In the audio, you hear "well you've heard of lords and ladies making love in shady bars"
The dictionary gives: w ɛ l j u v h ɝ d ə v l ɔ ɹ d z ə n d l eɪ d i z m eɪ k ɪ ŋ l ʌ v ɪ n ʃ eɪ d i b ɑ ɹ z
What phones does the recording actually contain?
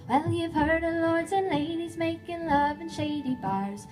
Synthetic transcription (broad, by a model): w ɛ l j u v h ɝ d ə l ɔ ɹ d z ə n l eɪ d i z m eɪ k ɪ ŋ l ʌ v ɪ n ʃ eɪ d i b ɑ ɹ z